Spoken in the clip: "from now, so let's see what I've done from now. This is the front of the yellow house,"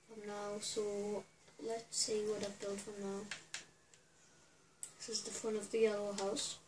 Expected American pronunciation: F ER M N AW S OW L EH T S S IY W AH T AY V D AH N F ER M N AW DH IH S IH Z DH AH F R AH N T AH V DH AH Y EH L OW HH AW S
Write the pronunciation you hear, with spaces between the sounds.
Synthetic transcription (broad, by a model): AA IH M N AW S OW L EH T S S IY W AH T AY V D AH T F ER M N AW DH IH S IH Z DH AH F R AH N AH V DH AH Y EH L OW HH AW S